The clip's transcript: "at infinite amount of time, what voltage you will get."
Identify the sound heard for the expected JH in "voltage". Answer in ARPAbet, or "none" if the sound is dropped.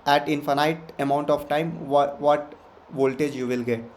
JH